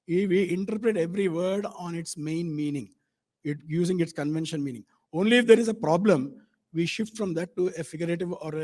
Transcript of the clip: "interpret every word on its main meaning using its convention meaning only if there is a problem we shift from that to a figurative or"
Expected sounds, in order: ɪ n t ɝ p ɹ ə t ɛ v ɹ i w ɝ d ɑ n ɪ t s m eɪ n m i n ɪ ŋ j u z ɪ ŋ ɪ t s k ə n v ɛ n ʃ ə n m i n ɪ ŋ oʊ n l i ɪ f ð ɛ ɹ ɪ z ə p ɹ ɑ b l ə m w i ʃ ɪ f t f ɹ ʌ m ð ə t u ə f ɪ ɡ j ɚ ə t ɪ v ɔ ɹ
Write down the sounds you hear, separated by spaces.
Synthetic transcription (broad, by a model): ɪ n t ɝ p ɹ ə t ɛ v ɹ i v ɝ d ɑ n ɪ t s m eɪ n m i n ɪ ŋ j u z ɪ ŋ ɪ t s k ə n v ɛ n ʃ ə n m i n ɪ ŋ oʊ n l i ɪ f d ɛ ɹ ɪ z ə p ɹ ɑ b l ə m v i ʃ ɪ f t f ɹ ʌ m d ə t u ə f ɪ ɡ j ɚ ə t ɪ v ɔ ɹ